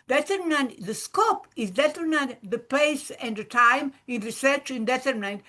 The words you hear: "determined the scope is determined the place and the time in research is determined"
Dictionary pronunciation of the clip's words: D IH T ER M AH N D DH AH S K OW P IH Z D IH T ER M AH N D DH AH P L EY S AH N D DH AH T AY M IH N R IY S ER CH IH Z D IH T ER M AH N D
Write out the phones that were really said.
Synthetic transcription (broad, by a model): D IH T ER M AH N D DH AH S K OW P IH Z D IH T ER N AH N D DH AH P L EY S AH N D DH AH T AY M IH N R IY S ER CH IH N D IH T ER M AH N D